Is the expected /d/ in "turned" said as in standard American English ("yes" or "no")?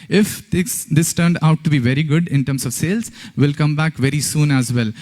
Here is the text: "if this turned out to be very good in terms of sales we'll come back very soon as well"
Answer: yes